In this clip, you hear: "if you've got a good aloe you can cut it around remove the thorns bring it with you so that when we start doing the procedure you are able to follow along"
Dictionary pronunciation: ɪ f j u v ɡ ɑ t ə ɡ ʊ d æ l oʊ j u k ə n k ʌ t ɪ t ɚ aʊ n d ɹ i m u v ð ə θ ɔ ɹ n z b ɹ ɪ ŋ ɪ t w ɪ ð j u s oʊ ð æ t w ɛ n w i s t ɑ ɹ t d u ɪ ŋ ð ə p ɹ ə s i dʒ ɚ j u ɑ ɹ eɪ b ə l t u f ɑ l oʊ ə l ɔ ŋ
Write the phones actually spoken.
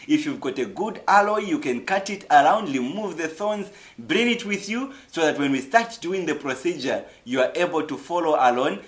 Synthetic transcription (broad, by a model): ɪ f j u v ɡ ɑ t ə ɡ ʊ d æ l oʊ j u k ə n k ʌ t ɪ t ɚ aʊ n d l i m u v ð ə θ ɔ n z b ɹ ɪ ŋ ɪ t w ɪ ð j u s oʊ ð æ t w ɛ n w i s t ɑ ɹ t d u ɪ ŋ ð ə p ɹ ə s i dʒ ɚ j u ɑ ɹ eɪ b ə l t u f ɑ l oʊ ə l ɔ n